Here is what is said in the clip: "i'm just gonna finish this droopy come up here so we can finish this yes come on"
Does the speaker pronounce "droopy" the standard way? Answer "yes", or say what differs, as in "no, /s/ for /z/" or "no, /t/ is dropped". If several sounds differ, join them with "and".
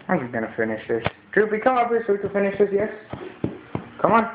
no, /b/ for /p/